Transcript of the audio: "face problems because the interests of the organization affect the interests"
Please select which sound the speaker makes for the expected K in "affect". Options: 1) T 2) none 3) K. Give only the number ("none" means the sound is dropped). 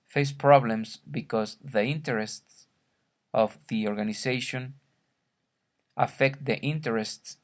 3